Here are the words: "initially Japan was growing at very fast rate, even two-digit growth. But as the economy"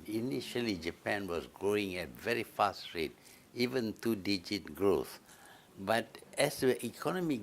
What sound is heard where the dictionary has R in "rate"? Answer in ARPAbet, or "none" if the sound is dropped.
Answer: R